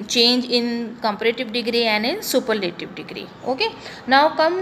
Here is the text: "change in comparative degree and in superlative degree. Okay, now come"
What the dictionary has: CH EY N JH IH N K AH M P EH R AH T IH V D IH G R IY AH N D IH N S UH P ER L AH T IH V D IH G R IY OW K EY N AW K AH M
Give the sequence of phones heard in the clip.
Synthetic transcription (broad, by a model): CH EY N JH IH N K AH M P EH R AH T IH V D IH G R IY AH N D IH N S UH P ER N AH T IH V D IH G R IY OW K EY N AW K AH M